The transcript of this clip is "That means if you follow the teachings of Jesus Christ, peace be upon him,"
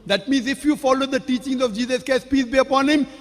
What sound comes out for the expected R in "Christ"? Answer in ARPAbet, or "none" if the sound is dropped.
none